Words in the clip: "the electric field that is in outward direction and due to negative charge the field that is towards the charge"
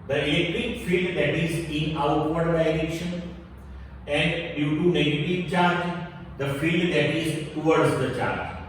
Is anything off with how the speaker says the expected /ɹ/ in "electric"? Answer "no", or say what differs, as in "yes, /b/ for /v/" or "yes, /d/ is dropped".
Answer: yes, /ɹ/ is dropped